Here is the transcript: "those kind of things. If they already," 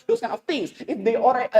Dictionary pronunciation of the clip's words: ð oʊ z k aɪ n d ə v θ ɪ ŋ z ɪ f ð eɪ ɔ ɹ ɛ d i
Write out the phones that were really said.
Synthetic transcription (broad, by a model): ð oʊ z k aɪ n ə v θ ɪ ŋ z ɪ f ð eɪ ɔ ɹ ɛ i